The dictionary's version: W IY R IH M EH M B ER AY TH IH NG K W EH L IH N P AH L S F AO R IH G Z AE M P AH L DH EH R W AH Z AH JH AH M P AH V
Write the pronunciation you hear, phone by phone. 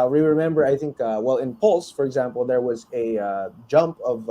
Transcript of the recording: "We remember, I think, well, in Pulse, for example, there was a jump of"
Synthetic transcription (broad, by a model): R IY R IH M EH M B ER AY TH IH NG K W EH L IH N P AH L S F AO R IH G Z AE M P AH L DH EH R W AH Z AH JH AH M P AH V